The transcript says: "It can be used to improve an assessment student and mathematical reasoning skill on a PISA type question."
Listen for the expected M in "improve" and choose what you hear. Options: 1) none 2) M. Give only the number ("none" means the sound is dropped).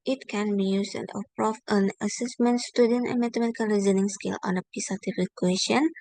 1